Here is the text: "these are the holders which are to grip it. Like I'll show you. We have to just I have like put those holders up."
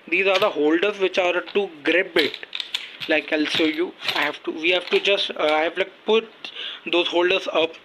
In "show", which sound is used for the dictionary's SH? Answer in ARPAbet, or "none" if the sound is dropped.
S